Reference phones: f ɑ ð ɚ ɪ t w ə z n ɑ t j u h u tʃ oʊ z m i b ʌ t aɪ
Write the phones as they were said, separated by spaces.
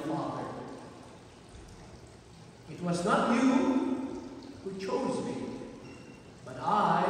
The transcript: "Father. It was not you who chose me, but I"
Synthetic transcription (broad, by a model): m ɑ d ɪ t w ə z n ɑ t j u h u tʃ oʊ z m i b ʌ t aɪ